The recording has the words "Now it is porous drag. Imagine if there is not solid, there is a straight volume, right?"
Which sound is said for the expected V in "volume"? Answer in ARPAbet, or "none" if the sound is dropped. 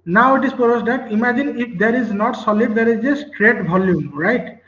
B